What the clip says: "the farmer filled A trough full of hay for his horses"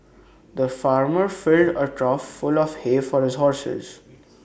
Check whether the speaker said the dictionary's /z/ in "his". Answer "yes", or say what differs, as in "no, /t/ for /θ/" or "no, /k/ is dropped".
yes